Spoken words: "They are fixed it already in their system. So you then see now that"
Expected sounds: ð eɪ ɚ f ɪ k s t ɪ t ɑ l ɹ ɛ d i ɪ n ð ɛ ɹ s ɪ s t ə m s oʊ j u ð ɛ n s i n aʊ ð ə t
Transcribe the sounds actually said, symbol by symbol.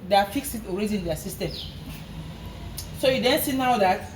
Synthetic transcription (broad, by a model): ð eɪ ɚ f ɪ k s ɪ t ɑ l ɹ ɛ d i ɪ n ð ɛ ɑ s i s t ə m s oʊ j u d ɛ n s i n aʊ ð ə t